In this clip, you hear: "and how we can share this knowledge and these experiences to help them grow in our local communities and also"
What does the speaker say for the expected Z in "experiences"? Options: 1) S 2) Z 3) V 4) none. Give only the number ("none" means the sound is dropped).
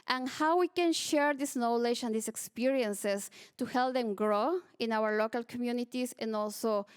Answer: 1